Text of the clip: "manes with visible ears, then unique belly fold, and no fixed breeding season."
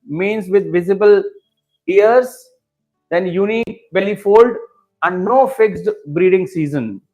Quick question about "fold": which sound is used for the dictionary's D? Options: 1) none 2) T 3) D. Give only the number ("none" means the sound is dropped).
3